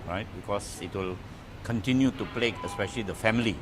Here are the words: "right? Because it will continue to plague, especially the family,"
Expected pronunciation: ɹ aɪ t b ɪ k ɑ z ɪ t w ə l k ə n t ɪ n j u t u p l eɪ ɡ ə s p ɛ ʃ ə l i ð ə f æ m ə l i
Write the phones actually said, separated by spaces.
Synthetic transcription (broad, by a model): ɹ aɪ t b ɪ k ɑ s ɪ t w ə l k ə n t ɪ n j u t u p l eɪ ə s p ɛ ʃ ə l i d ə f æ m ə l i